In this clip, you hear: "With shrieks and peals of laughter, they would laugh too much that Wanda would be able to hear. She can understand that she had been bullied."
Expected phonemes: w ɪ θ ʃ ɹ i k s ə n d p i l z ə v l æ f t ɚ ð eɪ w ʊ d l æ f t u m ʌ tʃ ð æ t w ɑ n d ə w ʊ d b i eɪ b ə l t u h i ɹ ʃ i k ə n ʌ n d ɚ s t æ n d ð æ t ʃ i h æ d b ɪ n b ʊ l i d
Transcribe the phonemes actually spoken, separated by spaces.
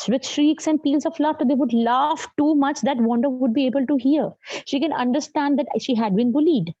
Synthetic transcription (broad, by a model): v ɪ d ʃ ɹ i k s ə n d p i l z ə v l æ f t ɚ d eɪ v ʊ d l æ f t u m ʌ tʃ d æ t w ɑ n d ə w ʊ d b i eɪ b ə l t u h i ɹ ʃ i k ə n ʌ n d ɚ s t æ n d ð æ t ʃ i h æ d b ɪ n b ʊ l i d